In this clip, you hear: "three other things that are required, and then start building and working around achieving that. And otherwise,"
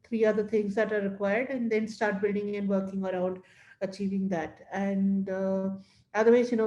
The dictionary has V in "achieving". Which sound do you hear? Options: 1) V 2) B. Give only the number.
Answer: 1